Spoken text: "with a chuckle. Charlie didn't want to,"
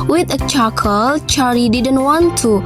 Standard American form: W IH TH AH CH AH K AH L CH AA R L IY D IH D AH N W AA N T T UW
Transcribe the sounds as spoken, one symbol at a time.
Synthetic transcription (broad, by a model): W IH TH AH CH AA K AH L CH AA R IY D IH D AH N W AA N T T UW